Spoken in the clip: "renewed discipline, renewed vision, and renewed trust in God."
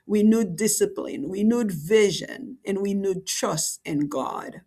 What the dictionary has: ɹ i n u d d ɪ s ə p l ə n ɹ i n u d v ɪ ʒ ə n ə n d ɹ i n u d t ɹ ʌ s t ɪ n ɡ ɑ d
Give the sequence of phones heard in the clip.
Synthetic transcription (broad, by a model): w i n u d d ɪ s ə p l ə n w i n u d v ɪ ʒ ə n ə n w i n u d t ɹ ʌ s t ɪ n ɡ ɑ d